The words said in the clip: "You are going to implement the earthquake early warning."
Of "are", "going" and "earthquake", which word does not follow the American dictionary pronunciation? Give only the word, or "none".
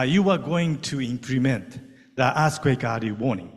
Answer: earthquake